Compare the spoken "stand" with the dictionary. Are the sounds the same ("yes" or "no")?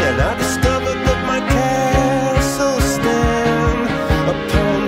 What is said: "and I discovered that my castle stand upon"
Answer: no